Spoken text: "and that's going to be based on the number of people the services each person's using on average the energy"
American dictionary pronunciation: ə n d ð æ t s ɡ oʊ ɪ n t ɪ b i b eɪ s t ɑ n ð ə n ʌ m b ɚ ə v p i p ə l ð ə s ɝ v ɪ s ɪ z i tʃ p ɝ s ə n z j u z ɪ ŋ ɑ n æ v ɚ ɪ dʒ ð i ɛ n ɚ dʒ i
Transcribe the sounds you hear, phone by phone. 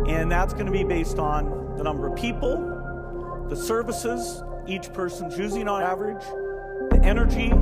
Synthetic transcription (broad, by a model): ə n ð æ t s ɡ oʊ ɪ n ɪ b i b eɪ s t n ð ə n ʌ m b ɚ ə v p i p l ð ə s ɝ v ɪ s ɪ z i tʃ p ɝ s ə n z j u z ɪ ŋ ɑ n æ v ɚ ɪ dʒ ð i ɛ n ɚ dʒ i